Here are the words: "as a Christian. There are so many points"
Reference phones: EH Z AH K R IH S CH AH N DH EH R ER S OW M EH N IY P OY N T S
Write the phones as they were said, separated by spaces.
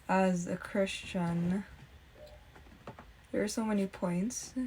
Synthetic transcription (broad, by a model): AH Z AH K R IH S CH AH N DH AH R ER S OW M EH N IY P OY N T S